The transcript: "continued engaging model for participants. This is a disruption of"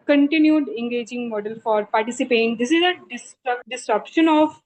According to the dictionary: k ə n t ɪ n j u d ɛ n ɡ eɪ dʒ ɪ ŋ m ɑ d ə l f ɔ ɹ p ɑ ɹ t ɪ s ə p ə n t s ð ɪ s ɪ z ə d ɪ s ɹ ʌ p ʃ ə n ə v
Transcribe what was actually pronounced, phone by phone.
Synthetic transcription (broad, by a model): k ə n t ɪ n j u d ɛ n ɡ eɪ dʒ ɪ ŋ m ɑ d ə l f ɔ ɹ p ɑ ɹ t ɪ s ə p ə t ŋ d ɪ s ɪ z ə d ɪ s ɹ ʌ p ʃ ə n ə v